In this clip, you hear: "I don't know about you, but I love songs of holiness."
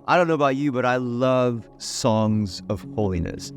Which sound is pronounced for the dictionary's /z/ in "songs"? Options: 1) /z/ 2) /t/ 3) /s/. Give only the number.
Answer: 1